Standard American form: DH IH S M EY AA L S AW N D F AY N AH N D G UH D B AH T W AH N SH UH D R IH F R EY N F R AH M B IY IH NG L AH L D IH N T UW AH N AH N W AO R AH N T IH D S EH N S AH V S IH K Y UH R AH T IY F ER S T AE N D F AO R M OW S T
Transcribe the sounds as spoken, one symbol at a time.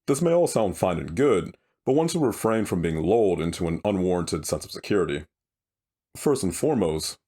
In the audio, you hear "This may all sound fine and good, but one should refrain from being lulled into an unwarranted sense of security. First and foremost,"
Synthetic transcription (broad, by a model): DH IH S M EY AA L S AW N D F AY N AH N G UH D B AH T W AH N S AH R IH F R EY N F R AH M B IY IH NG L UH L D IH N T UW AH N AH N W AO R AH N T IH D S EH N S AH V S IH K Y UH R AH T IY F ER S T N F AO R M OW S T